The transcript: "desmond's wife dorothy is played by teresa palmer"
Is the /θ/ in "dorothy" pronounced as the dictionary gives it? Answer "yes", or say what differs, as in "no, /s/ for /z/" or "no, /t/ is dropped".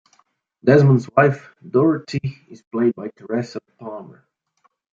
no, /t/ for /θ/